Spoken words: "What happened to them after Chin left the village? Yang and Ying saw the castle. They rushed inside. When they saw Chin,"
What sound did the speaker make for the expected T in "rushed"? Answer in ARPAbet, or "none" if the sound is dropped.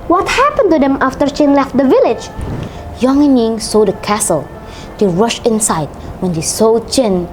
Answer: none